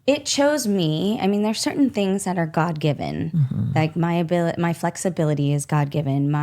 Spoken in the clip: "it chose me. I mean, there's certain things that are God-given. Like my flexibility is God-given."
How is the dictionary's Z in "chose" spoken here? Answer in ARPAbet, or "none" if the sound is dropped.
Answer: Z